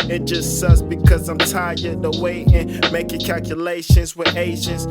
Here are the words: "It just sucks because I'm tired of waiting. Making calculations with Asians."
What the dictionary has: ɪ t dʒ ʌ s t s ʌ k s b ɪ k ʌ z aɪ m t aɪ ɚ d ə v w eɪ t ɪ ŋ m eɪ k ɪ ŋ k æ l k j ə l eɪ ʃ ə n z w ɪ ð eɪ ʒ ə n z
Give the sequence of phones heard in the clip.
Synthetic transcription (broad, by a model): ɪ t dʒ ʌ s t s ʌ s b ɪ k ʌ z aɪ m t aɪ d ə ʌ w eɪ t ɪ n m eɪ k ɪ ŋ k æ l k j ə l eɪ ʃ ə n z w ɪ ð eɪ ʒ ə n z